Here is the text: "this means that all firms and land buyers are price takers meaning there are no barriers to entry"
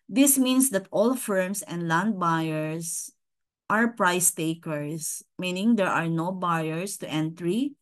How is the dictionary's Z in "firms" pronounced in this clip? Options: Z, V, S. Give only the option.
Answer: S